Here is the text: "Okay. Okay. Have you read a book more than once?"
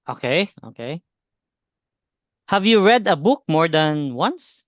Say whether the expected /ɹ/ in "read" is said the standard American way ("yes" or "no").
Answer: yes